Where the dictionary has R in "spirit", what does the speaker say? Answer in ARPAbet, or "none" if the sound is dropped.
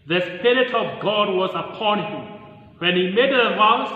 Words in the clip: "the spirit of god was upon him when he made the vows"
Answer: R